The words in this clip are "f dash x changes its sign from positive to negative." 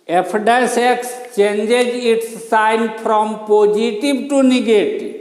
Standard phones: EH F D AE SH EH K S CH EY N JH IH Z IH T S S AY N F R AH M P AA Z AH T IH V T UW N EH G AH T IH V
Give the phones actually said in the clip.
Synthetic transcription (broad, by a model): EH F D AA S EH K S CH EY N JH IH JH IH T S S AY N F R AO M P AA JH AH T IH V T UW N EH G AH T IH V